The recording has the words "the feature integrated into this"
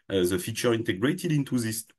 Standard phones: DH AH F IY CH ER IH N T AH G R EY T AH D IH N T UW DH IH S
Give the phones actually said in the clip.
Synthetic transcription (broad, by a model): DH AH F IY CH ER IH N T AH G R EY T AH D IH N T UW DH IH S